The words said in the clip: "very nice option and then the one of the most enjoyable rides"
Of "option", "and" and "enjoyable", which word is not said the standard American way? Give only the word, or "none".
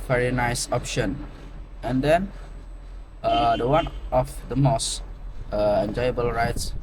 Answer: none